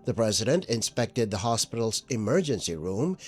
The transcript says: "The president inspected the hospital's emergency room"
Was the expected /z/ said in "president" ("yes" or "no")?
yes